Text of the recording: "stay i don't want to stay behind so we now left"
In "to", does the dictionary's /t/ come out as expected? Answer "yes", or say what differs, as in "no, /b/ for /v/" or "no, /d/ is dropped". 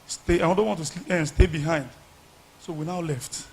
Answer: no, /s/ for /t/